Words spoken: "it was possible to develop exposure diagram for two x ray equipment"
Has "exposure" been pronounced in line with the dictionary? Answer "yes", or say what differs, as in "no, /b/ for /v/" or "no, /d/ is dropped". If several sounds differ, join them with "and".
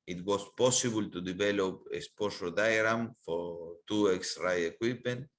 no, /k/ is dropped and /ʃ/ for /ʒ/